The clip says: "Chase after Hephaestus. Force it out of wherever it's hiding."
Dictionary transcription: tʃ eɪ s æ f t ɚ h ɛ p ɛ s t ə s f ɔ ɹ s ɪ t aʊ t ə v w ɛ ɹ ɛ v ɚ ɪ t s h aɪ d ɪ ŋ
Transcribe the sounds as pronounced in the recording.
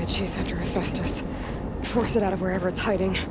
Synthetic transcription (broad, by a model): tʃ eɪ s æ f t ɚ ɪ f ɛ s t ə s f ɔ ɹ s ɪ t aʊ t ə v w ɛ ɹ ɛ v ɚ ɪ t s h aɪ d ɪ ŋ